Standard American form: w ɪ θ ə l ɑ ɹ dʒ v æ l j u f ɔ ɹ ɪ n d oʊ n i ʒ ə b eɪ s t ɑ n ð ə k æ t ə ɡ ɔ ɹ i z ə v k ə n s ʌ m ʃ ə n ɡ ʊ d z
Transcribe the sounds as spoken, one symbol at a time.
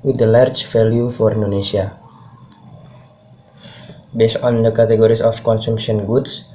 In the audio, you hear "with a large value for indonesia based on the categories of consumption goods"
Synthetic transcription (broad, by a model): w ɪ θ ə l ɑ ɹ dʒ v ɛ l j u f ɔ ɹ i n d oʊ n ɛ s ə b eɪ s t ɑ n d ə k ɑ t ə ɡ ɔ ɹ i s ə f k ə n s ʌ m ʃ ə n ɡ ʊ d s